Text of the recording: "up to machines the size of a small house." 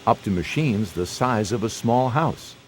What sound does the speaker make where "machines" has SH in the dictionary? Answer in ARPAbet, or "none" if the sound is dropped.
SH